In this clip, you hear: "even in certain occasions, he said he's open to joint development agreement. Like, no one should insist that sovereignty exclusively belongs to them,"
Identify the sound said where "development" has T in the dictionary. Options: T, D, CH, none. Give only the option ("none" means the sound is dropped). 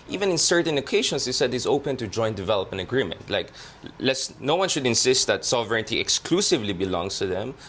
none